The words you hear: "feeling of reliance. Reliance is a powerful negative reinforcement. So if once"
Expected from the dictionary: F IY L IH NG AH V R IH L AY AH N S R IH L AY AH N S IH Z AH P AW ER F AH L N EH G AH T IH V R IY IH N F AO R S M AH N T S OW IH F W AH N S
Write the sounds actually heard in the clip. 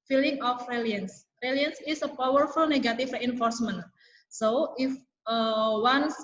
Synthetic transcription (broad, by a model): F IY L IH NG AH F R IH L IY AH N S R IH L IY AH N S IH S AH P AW ER F AH L N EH G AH T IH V R IY IH N F AO R S M AH N T S OW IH F W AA N S